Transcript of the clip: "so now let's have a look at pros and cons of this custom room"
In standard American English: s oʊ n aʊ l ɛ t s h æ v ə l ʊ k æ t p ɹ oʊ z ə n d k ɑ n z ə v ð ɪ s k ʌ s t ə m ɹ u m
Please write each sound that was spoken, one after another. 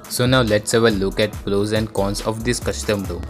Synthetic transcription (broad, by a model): s oʊ n aʊ l ɛ t s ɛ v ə l ʊ k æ t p l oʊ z ə n d k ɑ n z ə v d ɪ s k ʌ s t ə m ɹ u